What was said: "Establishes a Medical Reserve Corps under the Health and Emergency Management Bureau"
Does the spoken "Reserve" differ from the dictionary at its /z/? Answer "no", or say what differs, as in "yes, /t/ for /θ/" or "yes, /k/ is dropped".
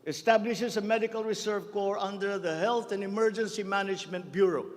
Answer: yes, /s/ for /z/